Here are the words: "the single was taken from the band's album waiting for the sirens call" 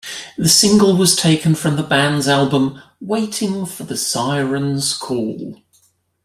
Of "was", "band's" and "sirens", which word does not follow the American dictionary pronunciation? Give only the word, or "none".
none